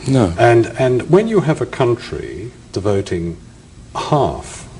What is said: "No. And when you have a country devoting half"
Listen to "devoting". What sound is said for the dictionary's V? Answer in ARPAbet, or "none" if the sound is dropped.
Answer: V